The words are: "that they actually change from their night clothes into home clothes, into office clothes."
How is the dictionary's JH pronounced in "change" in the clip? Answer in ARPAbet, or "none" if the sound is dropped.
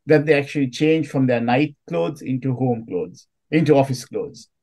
JH